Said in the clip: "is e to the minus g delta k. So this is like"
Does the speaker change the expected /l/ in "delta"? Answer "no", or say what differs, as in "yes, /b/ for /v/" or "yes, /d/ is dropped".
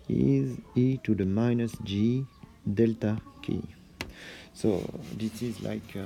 no